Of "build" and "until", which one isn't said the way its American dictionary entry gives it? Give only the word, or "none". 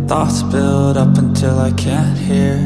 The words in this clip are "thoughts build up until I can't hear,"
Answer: none